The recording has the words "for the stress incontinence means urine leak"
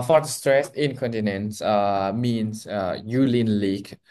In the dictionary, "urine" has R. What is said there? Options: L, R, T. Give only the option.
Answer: L